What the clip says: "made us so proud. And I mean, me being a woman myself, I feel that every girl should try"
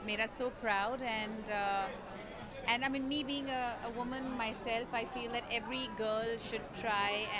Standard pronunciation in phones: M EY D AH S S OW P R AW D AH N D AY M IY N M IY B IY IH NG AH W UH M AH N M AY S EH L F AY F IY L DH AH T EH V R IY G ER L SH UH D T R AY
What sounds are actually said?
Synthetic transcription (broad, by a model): M EY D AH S S OW P R AW D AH N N AY M IY N M IY B IY IH NG AH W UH M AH N M AY S EH L F AY F IY L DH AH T EH V R IY G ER L SH UH D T R AY